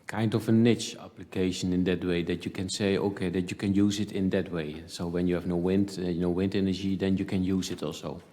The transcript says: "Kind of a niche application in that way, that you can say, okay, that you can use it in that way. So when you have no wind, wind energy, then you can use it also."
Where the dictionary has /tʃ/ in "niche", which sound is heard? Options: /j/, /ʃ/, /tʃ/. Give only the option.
/tʃ/